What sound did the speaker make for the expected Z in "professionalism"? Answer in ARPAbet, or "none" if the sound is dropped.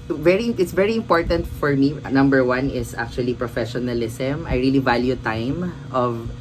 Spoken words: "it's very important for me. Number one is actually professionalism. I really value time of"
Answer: S